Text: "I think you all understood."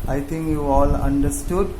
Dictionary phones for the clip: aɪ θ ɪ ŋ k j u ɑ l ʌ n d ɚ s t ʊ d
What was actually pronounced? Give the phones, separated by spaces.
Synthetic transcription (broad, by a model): aɪ t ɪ ŋ k j u ɑ l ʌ n d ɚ s t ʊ d